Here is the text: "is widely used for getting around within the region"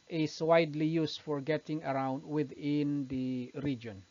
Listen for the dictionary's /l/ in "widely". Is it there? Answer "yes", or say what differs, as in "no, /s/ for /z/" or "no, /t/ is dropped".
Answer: yes